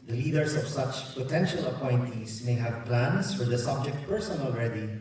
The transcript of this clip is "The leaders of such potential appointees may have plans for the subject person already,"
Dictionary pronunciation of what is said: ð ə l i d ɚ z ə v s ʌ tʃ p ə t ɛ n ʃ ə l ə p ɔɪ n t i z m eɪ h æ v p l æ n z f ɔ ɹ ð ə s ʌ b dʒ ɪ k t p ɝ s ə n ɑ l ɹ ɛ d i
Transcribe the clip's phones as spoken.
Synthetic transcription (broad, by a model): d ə l i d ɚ s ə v s ʌ tʃ p ə t ɛ n ʃ ə l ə p ɔɪ n t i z m eɪ h æ v p l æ n s f ɔ ɹ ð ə s ʌ b dʒ ɪ k t p ɝ s ə n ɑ l ɹ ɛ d i